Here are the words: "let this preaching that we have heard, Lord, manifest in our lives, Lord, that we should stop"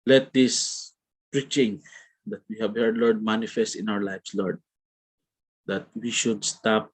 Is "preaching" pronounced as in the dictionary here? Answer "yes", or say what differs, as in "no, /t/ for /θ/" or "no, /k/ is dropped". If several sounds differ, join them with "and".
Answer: yes